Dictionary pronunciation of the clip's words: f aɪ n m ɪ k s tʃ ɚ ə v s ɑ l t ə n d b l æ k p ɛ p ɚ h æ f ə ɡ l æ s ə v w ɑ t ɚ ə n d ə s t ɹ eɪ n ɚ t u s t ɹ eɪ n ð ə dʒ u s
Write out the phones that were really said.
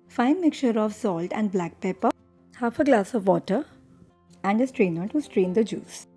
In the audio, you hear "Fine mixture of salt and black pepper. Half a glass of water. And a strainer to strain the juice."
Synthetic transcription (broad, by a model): f aɪ n m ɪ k tʃ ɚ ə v s ɑ l t ə n d b l æ k p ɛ p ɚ h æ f ə ɡ l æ s ə v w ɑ t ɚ ə n d ə s t ɹ eɪ n ɚ t u s t ɹ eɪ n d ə dʒ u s